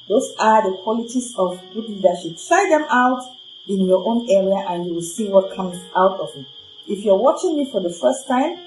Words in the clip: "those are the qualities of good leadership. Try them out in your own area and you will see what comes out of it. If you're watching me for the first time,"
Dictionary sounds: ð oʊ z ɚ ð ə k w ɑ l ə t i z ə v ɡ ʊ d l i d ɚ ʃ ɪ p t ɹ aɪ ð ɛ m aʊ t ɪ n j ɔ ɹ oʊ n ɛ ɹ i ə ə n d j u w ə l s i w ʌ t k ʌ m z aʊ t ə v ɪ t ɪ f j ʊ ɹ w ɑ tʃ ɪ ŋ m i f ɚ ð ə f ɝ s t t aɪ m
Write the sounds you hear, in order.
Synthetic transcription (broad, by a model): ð oʊ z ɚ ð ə k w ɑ l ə t i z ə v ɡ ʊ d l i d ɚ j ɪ t ɹ aɪ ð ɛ m aʊ t ɪ n j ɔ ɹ oʊ n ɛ ɹ i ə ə n j u w ə l s i w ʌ t k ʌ m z aʊ t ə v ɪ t ɪ f j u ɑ w ɑ tʃ ɪ ŋ m i f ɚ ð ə f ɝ s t t aɪ m